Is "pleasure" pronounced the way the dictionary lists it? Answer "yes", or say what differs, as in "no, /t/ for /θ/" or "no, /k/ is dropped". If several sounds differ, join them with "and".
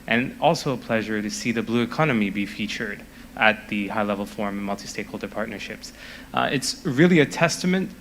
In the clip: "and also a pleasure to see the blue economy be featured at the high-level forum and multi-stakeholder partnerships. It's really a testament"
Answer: yes